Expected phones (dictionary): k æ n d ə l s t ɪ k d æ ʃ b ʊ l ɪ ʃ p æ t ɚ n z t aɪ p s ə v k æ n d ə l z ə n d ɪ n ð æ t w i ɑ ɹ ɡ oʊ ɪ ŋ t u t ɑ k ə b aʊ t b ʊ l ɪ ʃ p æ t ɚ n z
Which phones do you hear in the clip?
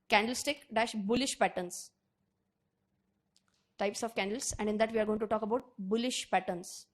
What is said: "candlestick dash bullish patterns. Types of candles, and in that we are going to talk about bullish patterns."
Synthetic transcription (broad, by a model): k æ n d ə l s t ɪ k d æ ʃ b ʊ l ɪ ʃ p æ t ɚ n s t aɪ p s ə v k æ n d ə l s ə n d ɪ n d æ t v i ɑ ɹ ɡ oʊ ɪ ŋ t u t ɑ k ə b aʊ t b ʊ l ɪ ʃ p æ t ɚ n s